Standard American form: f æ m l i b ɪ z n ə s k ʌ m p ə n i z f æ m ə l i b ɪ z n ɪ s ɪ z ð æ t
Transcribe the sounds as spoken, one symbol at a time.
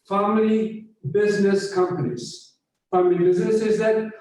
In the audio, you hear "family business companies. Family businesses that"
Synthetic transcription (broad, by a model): f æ m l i b ɪ z n ə s k ʌ m p ə n i z f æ m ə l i b ɪ z n ɪ s ɪ z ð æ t